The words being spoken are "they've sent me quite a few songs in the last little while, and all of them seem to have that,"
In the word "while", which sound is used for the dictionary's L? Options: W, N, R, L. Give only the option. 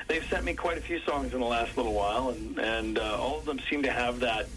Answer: L